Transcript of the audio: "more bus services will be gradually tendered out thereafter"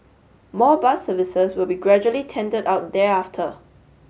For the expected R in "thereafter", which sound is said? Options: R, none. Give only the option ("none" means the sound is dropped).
none